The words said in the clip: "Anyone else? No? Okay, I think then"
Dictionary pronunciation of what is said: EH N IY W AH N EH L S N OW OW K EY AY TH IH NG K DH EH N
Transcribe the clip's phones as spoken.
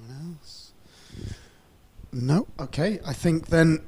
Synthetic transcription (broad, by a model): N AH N EH L S N OW OW K EY AY TH IH NG K DH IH N